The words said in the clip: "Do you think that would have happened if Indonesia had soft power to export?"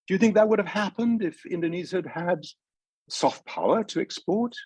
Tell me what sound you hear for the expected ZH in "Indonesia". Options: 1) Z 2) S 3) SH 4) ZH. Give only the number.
1